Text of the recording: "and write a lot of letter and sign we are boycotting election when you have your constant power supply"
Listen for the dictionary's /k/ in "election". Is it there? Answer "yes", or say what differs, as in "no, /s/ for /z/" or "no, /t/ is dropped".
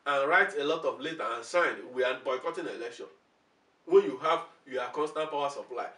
yes